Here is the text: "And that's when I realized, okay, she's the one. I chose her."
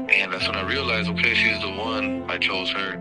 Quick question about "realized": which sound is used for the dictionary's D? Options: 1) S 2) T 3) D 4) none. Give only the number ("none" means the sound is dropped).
4